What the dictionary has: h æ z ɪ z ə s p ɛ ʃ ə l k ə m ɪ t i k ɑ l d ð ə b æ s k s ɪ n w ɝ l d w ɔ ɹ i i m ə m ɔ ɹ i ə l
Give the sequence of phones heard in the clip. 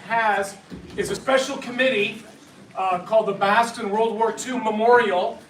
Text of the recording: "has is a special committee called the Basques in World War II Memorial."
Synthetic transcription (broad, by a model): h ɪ z ɪ z ə s p ɛ ʃ l k ə m ɪ t i k ɑ l d ð ə b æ s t ɪ n w ɝ l d w ɔ ɹ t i m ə m ɔ ɹ i l